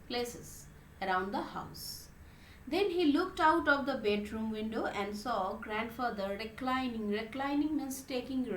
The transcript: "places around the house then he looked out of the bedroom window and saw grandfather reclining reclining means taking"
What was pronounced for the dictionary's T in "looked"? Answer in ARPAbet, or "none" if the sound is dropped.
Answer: T